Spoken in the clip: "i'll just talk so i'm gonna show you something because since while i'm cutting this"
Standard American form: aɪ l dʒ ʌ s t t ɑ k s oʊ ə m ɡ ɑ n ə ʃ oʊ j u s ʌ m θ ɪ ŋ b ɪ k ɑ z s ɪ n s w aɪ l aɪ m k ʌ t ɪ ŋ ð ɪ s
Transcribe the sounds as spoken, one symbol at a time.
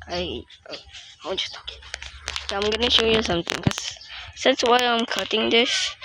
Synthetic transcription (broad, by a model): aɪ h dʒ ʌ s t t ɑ ə m ɡ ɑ n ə ʃ oʊ j u s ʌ m t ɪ ŋ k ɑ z s ɪ n s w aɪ aɪ m k ʌ t ɪ ŋ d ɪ s